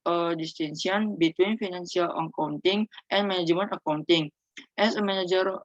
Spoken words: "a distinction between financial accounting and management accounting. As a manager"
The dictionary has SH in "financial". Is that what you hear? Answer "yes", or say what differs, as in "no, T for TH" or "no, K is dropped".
no, S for SH